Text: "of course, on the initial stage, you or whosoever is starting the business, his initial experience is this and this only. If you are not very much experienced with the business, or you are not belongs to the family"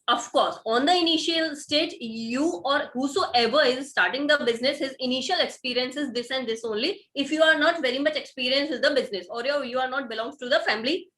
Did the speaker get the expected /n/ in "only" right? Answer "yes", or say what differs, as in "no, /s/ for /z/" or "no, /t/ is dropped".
yes